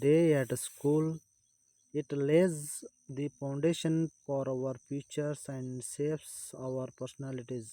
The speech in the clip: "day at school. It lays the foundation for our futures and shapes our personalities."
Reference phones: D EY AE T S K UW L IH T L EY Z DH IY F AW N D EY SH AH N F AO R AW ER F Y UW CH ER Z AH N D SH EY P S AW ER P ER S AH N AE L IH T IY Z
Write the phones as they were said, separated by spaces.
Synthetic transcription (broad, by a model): D EY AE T S K UW L IH T L EY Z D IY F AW N D EY SH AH N F AO R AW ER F Y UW CH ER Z AH N D S EY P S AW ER P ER S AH N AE L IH T IY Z